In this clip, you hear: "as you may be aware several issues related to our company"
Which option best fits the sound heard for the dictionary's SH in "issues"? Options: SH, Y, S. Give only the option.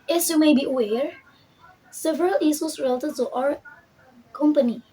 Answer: S